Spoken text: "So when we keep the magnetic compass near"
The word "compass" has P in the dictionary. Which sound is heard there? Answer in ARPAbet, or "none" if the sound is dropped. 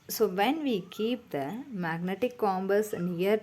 B